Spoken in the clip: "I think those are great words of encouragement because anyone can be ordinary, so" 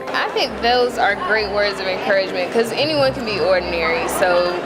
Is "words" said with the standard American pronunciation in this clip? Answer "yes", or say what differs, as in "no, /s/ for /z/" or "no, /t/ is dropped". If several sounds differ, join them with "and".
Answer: yes